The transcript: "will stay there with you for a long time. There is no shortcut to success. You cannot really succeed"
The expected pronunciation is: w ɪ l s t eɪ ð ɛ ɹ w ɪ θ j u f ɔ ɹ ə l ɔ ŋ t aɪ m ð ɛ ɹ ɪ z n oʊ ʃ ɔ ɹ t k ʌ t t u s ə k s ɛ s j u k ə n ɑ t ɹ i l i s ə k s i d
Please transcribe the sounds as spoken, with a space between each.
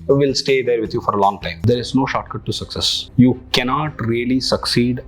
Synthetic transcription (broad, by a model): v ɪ l s t eɪ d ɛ ɹ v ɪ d j u f ɔ ɹ ə l ɔ ŋ t aɪ m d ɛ ɹ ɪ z n oʊ ʃ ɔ t k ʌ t t u s ə k s ɛ s j u k ə n ɑ t ɹ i l i s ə k s i d